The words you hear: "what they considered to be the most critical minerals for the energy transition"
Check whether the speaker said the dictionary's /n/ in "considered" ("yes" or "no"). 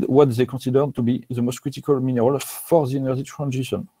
no